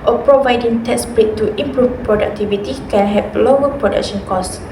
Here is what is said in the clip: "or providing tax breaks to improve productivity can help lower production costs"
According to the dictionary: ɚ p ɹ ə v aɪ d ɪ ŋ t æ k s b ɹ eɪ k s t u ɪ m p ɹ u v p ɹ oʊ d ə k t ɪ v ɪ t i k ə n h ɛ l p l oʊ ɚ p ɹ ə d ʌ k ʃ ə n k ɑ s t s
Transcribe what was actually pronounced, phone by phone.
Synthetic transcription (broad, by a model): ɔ p ɹ ə v aɪ d ɪ ŋ t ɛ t s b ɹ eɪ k t u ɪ m p ɹ u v p ɹ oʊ d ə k t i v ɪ t i k ə n h ɛ p l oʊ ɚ p ɹ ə d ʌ k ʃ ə n k ɑ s s